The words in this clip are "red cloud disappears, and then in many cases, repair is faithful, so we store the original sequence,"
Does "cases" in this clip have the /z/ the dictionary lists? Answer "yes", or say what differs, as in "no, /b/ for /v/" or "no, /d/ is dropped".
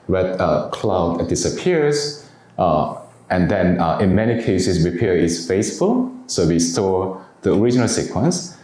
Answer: no, /s/ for /z/